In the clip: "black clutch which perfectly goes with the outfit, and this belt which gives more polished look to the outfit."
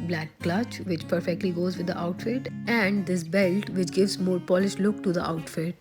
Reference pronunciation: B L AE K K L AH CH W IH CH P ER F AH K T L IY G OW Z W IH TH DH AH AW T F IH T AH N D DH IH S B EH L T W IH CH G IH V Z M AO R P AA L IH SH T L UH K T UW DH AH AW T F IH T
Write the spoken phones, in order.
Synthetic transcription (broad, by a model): B L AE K K L AH CH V IH CH P ER F AH K T L IY G OW Z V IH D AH AW T F IH T AH N D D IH S B EH L T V IH CH G IH V Z M AO R P AA L IH SH T L UH K T UW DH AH AW T F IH T